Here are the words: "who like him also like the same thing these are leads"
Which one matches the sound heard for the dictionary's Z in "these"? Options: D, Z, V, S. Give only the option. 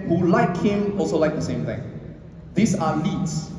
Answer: S